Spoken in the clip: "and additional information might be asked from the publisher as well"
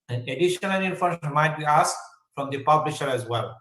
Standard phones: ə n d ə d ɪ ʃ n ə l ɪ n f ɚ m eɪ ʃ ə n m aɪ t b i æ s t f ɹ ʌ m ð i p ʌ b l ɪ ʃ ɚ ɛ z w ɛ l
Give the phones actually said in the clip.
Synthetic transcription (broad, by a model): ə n ə d ɪ ʃ n ə l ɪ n ɪ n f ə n m aɪ t b i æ s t f ɹ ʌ m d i p ʌ b l ɪ ʃ ɚ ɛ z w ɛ l